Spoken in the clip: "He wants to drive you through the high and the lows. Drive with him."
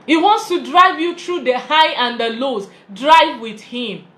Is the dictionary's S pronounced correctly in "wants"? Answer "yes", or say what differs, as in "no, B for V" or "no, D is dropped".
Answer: yes